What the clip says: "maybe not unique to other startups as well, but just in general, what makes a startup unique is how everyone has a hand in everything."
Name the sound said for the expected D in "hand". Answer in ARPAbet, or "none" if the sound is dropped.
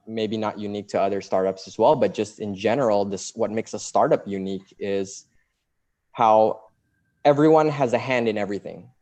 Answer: D